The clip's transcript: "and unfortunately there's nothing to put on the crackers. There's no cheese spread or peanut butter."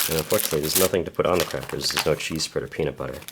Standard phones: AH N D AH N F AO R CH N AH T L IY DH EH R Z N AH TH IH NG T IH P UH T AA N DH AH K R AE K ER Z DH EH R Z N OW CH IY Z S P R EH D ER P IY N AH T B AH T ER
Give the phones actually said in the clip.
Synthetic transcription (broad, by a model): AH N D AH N F AO R CH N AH T L IY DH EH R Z N AH TH IH NG T IH P UH T N DH AH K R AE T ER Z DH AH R Z N OW CH IY Z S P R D ER P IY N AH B AH T ER